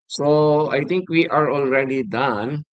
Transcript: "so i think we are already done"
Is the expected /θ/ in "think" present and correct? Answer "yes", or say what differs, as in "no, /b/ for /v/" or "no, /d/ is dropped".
no, /t/ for /θ/